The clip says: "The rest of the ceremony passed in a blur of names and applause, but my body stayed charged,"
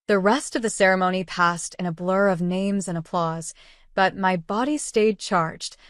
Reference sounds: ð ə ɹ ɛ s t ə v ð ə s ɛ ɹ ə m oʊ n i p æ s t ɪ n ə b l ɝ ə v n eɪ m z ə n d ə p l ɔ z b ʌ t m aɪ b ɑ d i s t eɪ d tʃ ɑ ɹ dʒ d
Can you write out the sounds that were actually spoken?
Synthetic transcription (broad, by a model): ð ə ɹ ɛ s t ə v ð ə s ɛ ɹ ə m oʊ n i p æ s t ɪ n ə b l ɝ ə v n eɪ m z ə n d ə p l ɔ z b ʌ t m aɪ b ɑ d i s t eɪ d tʃ ɑ ɹ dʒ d